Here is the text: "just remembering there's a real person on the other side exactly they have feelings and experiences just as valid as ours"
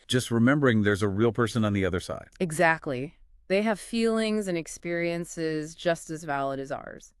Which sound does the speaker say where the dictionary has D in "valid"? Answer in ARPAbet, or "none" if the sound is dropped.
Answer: D